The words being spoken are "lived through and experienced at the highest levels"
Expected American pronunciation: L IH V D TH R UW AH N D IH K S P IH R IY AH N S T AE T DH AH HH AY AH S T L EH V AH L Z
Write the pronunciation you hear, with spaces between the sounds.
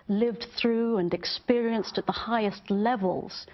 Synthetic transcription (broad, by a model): L IH V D TH R UW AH N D IH K S P IH R IY AH N S T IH T DH AH HH AY AH S T L EH V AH L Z